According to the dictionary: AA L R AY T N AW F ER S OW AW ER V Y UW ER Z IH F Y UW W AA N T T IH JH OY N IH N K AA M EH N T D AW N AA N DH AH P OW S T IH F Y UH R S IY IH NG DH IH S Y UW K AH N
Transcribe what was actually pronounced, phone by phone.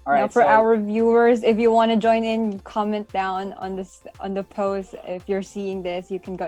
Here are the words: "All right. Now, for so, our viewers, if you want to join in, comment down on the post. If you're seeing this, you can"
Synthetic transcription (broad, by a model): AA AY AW F ER AW ER V Y UW ER Z IH F Y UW W AA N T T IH JH OY N IH N K AA M EH N T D AW N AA N DH AH P OW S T IH F Y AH R S IY IH NG DH IH S Y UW K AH N